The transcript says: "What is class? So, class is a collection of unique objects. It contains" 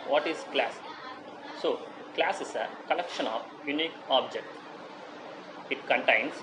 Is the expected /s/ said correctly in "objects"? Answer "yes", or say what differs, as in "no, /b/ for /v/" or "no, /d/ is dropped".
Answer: no, /s/ is dropped